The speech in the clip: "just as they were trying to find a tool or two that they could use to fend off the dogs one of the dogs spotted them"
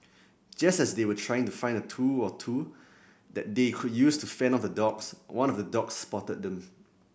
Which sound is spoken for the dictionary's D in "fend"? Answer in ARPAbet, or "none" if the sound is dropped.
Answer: none